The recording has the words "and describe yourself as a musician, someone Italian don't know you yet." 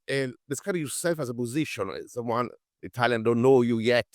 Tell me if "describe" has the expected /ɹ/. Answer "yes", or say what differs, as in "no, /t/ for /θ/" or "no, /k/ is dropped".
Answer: no, /ɹ/ is dropped